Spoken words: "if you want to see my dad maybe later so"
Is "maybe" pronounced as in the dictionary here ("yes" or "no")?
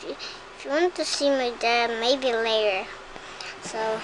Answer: yes